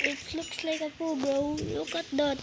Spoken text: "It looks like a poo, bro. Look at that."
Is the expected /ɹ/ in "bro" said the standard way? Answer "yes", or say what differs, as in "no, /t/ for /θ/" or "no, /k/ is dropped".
no, /ɹ/ is dropped